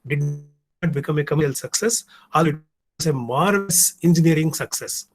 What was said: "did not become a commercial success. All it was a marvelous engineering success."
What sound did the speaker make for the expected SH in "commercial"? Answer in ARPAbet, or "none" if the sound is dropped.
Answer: none